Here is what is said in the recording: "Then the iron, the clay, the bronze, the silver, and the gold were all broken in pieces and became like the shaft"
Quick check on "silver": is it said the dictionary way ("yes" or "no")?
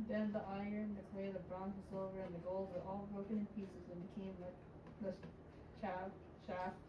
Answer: no